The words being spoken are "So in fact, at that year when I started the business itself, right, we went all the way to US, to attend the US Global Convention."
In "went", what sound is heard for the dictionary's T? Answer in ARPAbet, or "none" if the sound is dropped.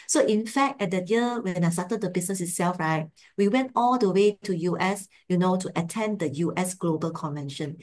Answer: T